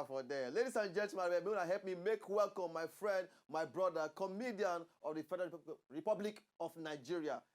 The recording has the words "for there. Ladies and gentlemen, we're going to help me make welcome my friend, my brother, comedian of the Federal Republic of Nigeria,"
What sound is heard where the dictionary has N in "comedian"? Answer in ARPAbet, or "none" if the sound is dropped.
N